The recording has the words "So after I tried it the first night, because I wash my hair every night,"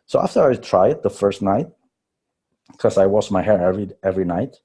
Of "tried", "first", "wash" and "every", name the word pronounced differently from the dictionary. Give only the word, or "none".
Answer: wash